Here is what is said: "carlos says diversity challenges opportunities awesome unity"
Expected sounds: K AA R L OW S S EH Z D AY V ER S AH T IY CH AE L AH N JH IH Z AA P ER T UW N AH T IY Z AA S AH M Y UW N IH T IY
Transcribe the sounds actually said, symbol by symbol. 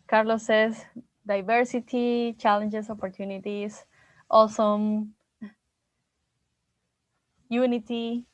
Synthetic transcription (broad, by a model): K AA R L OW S S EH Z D AY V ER S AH T IY CH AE L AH N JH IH S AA P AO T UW N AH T IY S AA S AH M Y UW N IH T IY